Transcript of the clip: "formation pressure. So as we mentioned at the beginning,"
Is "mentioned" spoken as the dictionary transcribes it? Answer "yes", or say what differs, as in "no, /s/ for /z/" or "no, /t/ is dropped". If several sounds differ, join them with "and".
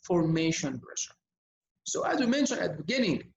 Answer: no, /d/ is dropped